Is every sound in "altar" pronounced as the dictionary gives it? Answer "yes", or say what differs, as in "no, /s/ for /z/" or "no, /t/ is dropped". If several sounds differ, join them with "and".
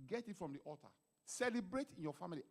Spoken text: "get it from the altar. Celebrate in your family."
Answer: no, /l/ is dropped